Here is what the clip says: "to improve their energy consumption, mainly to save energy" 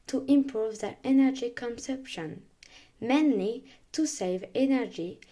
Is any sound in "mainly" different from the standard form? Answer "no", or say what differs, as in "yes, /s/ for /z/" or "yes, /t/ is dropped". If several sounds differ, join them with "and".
no